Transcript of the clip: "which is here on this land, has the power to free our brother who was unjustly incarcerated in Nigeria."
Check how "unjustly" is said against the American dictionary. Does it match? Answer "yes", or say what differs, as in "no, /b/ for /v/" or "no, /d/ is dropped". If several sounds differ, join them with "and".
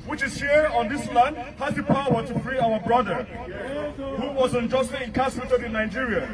no, /l/ is dropped